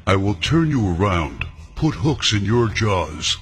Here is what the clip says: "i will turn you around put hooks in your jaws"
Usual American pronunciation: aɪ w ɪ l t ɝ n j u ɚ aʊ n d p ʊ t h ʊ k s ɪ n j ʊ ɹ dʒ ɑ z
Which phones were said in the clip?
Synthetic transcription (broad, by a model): aɪ w ɪ l t ɝ n j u ɚ aʊ n d p ʊ t h ʊ k s ɪ n j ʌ ɹ dʒ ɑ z